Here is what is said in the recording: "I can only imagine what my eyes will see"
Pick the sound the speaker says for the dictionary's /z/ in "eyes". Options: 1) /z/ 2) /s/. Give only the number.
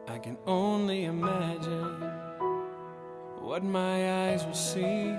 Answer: 1